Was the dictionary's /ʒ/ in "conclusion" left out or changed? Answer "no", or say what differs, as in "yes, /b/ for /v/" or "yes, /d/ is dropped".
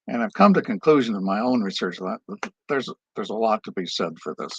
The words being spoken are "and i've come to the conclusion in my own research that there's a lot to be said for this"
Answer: no